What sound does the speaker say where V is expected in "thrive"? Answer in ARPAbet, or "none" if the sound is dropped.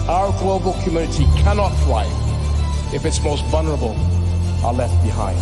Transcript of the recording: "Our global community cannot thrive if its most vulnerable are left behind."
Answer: none